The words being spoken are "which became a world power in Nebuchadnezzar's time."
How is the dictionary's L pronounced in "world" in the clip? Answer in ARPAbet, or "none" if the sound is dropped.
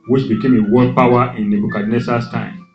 none